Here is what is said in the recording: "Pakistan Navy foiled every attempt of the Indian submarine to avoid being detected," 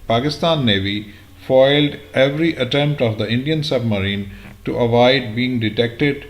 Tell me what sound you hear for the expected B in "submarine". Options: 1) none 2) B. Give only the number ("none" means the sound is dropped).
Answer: 2